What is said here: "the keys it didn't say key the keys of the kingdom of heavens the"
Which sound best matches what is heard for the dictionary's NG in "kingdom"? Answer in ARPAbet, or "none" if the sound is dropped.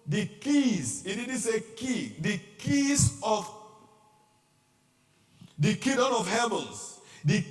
none